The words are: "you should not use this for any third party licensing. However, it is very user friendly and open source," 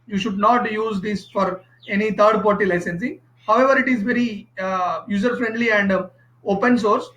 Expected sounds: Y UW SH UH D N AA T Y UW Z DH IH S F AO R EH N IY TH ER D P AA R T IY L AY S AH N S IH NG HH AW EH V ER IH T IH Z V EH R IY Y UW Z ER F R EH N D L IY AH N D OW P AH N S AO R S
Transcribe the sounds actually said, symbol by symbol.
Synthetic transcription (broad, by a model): Y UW SH UH D N AA T Y UW Z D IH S F AO R EH N IY T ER D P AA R T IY L AY S AH N S IH NG HH AW EH V ER IH T IH Z V EH R IY Y UW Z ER F R EH N D L IY AH N D OW P AH N S AO R S